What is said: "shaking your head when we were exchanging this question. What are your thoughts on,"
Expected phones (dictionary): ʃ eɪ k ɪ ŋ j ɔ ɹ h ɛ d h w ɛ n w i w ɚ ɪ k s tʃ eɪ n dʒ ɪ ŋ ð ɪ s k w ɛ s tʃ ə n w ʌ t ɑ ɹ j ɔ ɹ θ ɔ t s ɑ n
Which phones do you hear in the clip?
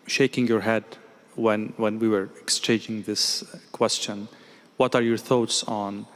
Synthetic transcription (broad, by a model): ʃ eɪ k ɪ ŋ j ɔ ɹ h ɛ d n w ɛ n w i w ɚ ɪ k s tʃ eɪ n dʒ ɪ ŋ ð ɪ s k w ɛ s tʃ ə n w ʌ t ɑ ɹ j ɔ ɹ θ ɔ t s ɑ n